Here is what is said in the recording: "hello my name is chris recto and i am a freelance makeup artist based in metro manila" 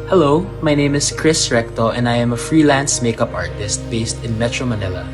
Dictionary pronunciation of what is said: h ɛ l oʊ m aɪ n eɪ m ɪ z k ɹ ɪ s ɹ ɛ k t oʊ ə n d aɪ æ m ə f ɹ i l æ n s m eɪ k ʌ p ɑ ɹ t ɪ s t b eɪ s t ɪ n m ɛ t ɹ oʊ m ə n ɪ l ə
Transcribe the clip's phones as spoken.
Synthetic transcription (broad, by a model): h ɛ l oʊ m aɪ n eɪ m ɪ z k ɹ ɪ s ɹ ɛ k t oʊ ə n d aɪ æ m ə f ɹ i l æ n s m eɪ k ʌ p ɑ ɹ t ɪ s t b eɪ s t ɪ n m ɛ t ɹ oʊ m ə n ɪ l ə